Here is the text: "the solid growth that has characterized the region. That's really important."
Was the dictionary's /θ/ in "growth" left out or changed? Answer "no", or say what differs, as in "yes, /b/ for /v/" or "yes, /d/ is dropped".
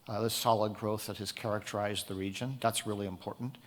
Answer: no